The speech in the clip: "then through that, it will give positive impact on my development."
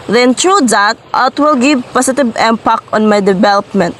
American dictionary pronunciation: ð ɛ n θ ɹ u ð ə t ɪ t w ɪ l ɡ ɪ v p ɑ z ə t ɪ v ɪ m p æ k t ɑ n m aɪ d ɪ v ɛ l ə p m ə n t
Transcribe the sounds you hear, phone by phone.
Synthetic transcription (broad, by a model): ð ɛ n t ɹ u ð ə t ɪ t w ɪ l ɡ ɪ v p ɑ s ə t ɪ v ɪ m p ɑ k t ɑ n m aɪ d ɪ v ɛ l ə p m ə n t